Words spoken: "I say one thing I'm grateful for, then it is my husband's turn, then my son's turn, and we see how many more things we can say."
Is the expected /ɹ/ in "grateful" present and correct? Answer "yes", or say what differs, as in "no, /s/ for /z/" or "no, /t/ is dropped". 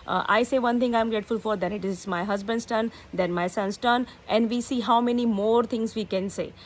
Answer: yes